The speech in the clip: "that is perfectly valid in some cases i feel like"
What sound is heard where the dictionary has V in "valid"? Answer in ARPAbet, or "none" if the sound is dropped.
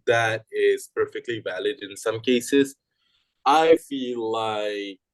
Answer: V